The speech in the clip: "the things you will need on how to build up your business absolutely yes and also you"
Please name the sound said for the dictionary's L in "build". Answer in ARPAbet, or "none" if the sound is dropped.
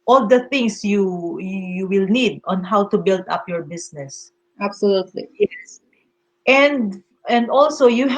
L